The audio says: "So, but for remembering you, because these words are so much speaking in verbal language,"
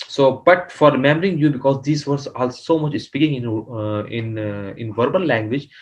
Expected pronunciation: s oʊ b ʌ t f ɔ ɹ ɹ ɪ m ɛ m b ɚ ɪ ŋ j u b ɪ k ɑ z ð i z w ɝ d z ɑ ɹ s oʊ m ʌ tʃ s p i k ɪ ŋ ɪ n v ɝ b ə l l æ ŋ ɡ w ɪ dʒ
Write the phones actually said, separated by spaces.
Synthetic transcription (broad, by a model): s oʊ b ʌ t f ɔ ɹ ɹ ɪ m ɛ m b ɚ ɪ ŋ j u b ɪ k ɑ z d i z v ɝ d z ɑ l s oʊ m ʌ tʃ s p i k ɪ ŋ ɪ n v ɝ b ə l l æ ŋ ɡ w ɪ dʒ